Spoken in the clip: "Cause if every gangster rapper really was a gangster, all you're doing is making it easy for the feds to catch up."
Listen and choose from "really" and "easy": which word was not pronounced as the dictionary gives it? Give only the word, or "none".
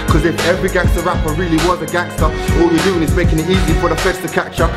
none